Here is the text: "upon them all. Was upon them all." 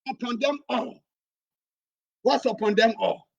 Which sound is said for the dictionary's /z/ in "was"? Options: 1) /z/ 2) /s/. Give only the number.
2